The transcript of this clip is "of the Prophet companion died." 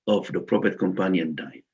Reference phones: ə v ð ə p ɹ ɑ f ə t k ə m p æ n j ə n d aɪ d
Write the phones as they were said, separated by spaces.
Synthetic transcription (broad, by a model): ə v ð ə p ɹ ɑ p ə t k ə m p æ n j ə n d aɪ